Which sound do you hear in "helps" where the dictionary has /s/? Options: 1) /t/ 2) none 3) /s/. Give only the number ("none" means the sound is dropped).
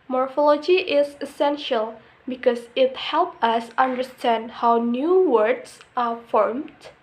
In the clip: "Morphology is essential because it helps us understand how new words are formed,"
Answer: 2